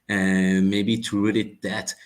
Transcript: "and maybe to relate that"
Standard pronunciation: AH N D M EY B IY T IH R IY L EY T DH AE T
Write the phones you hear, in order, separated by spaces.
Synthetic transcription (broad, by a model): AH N M EY B IY T IH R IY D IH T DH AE T